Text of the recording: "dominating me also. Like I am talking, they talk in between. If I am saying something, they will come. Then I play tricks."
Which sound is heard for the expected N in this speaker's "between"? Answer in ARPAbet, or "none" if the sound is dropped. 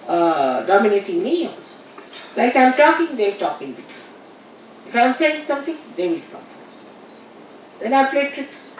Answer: none